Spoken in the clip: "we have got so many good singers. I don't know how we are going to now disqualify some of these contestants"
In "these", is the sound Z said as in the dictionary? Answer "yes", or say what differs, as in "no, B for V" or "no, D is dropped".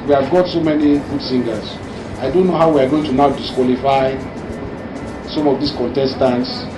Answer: no, S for Z